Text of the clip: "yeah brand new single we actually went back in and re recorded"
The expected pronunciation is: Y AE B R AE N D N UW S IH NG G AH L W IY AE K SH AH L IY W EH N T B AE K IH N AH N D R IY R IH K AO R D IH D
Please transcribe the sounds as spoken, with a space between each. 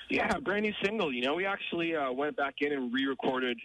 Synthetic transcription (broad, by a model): Y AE B R AE N D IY S IH NG G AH N W IY AE K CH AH L IY W EH N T B AE K IH N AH N R IY R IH K AO R D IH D